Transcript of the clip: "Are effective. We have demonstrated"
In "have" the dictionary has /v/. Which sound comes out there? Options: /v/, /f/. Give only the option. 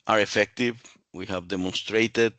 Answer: /v/